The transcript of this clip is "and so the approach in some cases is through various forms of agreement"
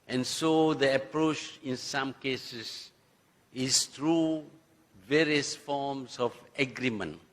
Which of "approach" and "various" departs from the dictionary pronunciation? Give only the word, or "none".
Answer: none